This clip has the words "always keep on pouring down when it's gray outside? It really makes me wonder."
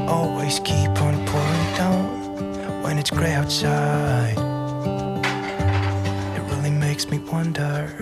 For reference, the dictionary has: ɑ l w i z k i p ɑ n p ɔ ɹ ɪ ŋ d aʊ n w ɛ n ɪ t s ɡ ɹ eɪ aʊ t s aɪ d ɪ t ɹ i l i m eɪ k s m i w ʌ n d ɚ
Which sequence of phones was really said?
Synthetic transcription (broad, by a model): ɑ l w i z k i p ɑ n p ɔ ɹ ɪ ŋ d aʊ n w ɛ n ɪ t s ɡ ɹ eɪ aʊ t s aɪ ɪ t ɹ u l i m eɪ k s m i w ʌ n d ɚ